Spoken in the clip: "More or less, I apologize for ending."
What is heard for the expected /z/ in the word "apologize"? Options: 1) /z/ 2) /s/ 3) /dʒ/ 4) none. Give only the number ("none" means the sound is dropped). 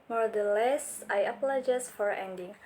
2